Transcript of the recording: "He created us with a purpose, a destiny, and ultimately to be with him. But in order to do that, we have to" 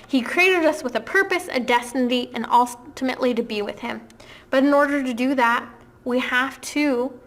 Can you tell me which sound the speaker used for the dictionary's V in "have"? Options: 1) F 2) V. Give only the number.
1